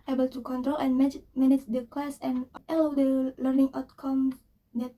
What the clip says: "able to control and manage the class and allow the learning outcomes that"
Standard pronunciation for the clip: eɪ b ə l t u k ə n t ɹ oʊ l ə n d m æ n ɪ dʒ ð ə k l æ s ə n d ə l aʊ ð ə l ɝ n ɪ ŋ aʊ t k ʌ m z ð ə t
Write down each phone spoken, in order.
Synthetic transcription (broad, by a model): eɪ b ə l t u k ə n t ɹ oʊ l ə n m m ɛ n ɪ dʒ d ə k w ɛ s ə n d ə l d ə l ɝ n ɪ ŋ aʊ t k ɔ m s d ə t